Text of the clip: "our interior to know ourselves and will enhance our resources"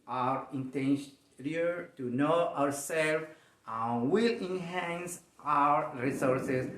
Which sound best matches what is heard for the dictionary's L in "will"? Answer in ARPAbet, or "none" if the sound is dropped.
L